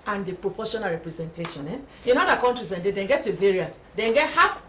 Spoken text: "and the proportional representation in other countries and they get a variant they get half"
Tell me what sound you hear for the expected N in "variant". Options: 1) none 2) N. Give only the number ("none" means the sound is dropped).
1